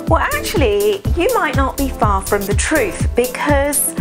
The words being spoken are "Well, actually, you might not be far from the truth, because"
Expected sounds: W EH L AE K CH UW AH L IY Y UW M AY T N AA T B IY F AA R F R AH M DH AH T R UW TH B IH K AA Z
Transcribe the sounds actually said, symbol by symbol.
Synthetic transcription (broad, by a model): W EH L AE K CH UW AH L IY Y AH M AY T N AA T B IY F AA F R AH M DH AH T R UW TH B IH K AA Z